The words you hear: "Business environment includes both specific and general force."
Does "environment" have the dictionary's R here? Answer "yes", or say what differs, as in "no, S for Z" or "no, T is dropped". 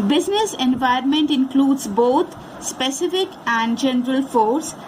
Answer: no, R is dropped